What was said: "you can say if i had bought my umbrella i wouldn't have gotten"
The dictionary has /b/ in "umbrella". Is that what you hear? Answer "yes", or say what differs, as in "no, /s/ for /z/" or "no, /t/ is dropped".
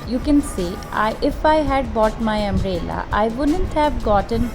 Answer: no, /b/ is dropped